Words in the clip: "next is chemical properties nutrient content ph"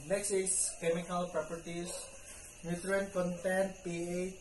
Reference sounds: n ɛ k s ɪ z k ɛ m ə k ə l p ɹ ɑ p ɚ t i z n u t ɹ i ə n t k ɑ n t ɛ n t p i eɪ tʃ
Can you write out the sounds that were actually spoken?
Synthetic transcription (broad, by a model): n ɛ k s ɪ s k ɛ m ə k ə l p ɹ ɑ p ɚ t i s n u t ɹ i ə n k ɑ n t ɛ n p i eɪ